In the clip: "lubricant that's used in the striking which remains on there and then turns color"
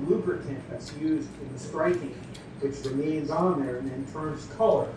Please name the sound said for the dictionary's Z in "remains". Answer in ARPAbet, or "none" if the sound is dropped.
Z